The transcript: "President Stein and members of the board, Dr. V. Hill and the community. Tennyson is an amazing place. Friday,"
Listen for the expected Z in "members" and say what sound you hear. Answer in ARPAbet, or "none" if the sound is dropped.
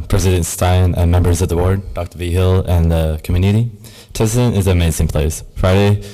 Z